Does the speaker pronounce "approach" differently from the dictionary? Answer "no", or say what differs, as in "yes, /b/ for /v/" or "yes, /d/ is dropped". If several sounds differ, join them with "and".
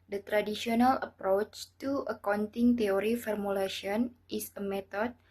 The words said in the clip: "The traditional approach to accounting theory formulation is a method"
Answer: no